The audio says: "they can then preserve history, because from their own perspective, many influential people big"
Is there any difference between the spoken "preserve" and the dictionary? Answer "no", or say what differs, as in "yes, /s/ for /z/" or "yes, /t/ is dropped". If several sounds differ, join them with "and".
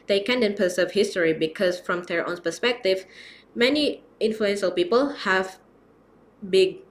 yes, /ɹ/ is dropped